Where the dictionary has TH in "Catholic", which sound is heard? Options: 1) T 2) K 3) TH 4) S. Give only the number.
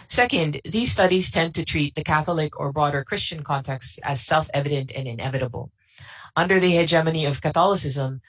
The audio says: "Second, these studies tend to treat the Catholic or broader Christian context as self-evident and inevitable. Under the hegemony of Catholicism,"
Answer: 3